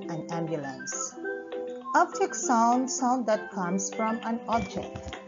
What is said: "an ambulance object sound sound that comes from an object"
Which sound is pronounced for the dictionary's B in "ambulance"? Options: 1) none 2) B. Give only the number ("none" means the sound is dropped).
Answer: 2